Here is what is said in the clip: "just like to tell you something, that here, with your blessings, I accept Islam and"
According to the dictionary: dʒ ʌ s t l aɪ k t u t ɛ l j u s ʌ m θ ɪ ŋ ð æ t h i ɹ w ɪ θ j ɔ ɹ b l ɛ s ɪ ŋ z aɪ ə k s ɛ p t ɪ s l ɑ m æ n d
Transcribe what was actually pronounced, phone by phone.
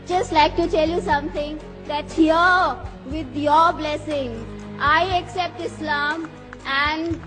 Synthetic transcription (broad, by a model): dʒ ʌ s t l aɪ k t u t ɛ l j u s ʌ m t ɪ ŋ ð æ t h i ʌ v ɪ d j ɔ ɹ b l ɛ s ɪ ŋ aɪ ə k s ɛ p t ɪ s l ɑ m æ n d